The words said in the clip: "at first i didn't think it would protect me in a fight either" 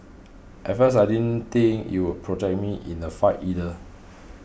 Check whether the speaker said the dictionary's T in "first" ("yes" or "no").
no